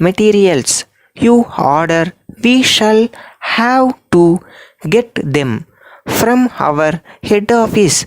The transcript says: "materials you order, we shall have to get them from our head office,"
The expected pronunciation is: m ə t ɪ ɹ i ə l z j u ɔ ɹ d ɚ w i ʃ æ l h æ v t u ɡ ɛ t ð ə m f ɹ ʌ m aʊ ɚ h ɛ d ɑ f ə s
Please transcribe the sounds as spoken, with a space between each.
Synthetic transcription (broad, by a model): m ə t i ɹ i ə l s j u ɔ ɹ d ɚ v i ʃ æ l h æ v t u ɡ ɛ t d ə m f ɹ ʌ m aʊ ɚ h ɛ d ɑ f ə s